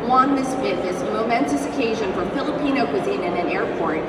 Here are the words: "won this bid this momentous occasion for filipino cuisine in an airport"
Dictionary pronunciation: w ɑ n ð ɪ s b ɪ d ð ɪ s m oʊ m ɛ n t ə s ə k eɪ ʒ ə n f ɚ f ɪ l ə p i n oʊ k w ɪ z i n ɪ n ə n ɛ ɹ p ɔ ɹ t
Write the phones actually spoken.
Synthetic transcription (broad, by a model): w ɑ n ð ɪ s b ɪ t ð ɪ s m oʊ m ɛ n t ə s ə k eɪ ʒ ə n f ɚ f ɪ l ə p i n oʊ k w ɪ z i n ɪ n ə n ɛ ɹ p ɔ ɹ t